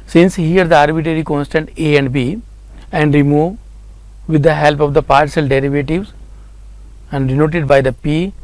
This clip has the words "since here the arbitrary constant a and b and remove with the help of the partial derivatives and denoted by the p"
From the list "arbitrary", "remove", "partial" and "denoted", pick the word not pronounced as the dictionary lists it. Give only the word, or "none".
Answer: partial